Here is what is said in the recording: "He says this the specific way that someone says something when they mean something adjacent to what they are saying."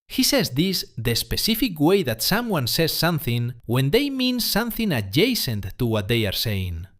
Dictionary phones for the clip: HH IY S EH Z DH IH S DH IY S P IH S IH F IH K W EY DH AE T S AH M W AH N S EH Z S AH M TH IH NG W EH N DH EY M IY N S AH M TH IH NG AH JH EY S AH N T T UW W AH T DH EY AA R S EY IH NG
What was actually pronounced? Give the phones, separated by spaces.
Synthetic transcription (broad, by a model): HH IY S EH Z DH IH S DH IY S P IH S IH F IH K W EY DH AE T S AH M W AH N S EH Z S AH M TH IH NG W EH N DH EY M IY N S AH M TH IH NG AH JH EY S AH N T T UW W AH T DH EY AA R S EY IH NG